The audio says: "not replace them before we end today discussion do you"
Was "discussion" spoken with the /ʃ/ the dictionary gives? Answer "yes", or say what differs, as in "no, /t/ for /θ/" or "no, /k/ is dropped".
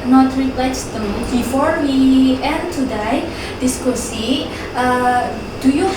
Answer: no, /s/ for /ʃ/